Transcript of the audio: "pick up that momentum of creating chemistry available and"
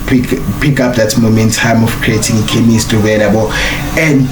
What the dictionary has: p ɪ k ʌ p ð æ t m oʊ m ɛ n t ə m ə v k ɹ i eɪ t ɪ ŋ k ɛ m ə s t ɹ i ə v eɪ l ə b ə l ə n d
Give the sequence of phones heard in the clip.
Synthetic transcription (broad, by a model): p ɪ k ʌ p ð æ t m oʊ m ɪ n t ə m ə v k ɹ i eɪ t ɪ ŋ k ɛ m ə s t i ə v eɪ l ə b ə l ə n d